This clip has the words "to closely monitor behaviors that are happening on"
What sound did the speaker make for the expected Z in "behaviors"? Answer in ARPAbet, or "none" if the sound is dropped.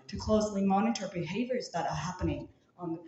Z